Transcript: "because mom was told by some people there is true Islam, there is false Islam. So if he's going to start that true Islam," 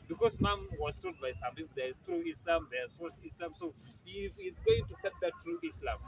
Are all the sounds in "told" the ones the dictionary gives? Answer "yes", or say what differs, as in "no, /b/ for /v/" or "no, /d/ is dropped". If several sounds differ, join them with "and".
no, /l/ is dropped